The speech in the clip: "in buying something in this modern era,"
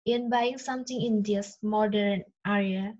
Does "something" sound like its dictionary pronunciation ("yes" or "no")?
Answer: no